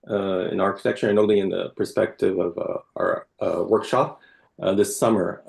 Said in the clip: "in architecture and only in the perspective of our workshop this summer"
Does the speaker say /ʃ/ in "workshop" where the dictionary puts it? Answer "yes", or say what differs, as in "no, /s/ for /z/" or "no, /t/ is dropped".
yes